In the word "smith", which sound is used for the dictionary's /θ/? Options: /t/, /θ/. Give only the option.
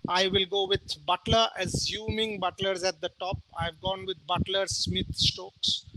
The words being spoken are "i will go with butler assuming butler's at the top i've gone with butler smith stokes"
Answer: /t/